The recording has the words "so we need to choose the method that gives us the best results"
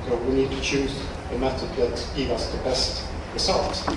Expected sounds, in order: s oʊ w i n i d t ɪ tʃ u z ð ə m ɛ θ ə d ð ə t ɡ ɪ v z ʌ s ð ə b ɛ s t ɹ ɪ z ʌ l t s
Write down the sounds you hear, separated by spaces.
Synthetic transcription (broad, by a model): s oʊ w i n i d t ɪ tʃ u z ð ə m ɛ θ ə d ð ə t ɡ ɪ v ʌ s ð ə b ɛ s t ɹ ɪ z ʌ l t